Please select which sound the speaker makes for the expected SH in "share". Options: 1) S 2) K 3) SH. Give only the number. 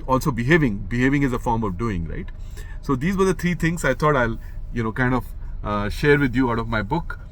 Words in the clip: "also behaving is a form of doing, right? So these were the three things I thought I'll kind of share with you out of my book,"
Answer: 3